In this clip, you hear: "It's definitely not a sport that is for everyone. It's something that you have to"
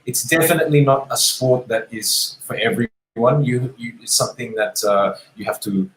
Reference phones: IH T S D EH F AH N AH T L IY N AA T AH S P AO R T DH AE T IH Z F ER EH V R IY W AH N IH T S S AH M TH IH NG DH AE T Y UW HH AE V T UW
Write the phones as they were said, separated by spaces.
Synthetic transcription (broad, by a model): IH T S D EH F AH N AH T L IY N AA T AH S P AO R T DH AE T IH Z F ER EH V R IY W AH N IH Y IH S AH M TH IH NG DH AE T Y UW HH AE F T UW